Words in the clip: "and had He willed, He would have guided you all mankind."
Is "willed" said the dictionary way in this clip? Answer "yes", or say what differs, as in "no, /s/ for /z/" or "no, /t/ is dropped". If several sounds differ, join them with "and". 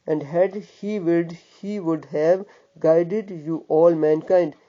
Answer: no, /l/ is dropped